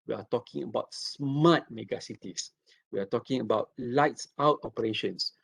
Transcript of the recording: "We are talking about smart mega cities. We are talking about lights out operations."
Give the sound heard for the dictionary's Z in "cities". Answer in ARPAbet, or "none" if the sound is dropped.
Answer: S